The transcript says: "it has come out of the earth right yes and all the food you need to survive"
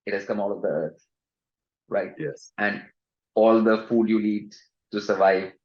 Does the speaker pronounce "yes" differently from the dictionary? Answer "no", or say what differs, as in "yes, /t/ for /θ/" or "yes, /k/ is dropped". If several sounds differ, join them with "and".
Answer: no